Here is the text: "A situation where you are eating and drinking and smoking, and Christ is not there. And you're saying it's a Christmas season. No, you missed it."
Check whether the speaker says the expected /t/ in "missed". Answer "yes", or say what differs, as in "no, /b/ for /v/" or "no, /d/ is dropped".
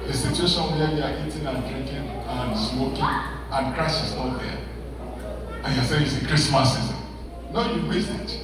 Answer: no, /t/ is dropped